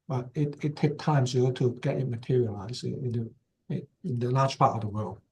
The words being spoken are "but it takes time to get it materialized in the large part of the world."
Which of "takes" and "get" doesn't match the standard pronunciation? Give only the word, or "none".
takes